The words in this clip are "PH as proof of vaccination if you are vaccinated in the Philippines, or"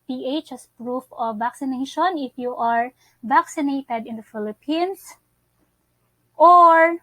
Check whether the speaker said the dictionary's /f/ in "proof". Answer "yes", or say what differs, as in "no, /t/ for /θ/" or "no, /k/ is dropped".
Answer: yes